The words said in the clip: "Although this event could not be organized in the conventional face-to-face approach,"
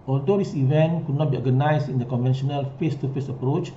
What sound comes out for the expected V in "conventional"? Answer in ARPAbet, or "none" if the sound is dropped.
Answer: V